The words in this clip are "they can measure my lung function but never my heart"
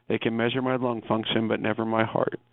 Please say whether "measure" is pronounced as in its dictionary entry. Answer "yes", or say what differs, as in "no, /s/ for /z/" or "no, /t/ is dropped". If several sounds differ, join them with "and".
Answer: yes